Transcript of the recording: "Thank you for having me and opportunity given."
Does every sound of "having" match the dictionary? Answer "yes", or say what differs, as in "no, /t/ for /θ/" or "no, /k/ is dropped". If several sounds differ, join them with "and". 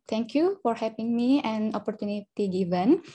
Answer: no, /p/ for /v/